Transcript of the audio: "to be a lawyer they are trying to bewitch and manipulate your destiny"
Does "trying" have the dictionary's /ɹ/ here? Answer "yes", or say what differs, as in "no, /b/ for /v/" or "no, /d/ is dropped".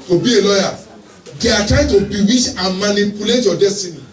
no, /ɹ/ is dropped